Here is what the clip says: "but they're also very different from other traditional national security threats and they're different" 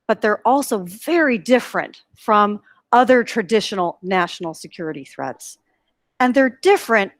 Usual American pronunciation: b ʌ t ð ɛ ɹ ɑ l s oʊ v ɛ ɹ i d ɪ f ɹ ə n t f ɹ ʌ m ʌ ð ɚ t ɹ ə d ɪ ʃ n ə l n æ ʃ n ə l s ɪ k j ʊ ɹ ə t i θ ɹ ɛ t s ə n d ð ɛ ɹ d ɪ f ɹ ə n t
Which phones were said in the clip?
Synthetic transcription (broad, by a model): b ʌ t ð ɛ ɹ ɑ l s oʊ v ɛ ɹ i d ɪ f ɹ ə n t f ɹ ʌ m ʌ ð ɚ t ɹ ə d ɪ ʃ n l n æ ʃ n l s ɪ k j ʊ ɹ ə t i θ ɹ ɛ t s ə n ð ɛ ɹ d ɪ f ɹ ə n t